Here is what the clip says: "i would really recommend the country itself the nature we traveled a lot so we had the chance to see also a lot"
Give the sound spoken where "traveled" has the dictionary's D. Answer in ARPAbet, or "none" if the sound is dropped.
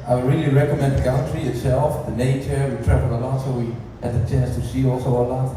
none